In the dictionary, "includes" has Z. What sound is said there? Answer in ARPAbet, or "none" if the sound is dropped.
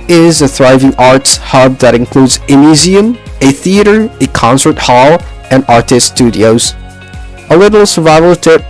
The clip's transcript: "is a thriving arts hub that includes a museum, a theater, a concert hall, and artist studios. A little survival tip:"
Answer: Z